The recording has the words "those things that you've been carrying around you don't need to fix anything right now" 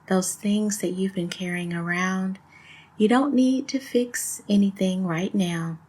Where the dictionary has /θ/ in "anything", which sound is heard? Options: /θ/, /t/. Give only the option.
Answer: /θ/